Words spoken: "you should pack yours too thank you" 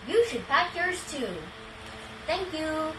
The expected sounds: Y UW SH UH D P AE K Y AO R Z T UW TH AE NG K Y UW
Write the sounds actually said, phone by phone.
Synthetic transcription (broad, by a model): Y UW SH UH D P AE K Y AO R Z T UW TH AE NG K Y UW